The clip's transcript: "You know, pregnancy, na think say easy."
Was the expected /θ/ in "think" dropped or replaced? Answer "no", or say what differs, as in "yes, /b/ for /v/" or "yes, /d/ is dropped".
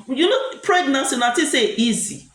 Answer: yes, /t/ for /θ/